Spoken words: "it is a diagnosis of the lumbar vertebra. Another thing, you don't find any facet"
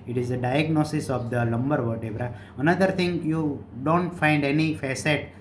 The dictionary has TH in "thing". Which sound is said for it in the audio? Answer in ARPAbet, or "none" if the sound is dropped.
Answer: T